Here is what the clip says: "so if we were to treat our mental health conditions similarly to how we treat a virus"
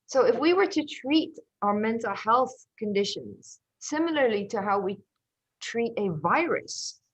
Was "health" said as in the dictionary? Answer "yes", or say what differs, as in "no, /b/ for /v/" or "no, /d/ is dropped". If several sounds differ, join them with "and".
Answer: yes